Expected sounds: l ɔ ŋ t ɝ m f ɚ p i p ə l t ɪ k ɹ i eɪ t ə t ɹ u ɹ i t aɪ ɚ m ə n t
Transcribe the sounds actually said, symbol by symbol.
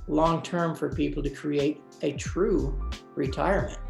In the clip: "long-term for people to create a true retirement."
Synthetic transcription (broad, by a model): l ɔ ŋ t ɝ m f ɚ p i p l t ɪ k ɹ i eɪ t ə t ɹ u ɹ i t aɪ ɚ m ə n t